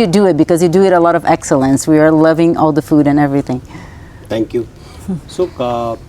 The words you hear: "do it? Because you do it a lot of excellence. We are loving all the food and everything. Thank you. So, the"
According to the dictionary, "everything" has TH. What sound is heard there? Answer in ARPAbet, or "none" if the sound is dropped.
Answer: TH